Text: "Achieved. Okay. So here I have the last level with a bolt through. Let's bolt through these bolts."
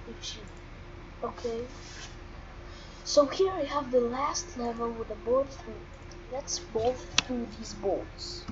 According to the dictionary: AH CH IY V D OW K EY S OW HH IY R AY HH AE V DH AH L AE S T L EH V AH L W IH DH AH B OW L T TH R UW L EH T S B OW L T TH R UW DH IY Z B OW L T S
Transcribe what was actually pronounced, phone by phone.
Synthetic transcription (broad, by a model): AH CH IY OW K EY S OW HH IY R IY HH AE V DH AH L AE S T L EH V AH L W IH DH AH B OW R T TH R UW L EH T S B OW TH TH R UW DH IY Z B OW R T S